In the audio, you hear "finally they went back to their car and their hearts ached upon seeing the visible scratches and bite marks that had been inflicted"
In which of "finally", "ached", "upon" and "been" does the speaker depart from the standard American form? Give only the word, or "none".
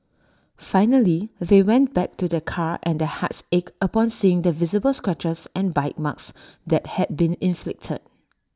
ached